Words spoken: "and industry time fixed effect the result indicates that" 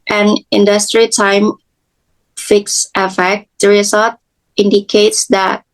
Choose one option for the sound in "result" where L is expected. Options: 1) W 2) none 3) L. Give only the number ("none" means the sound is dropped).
2